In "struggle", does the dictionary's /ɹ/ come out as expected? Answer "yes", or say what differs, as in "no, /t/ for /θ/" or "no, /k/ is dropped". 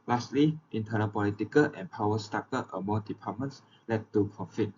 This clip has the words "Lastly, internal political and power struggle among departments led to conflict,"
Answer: no, /ɹ/ is dropped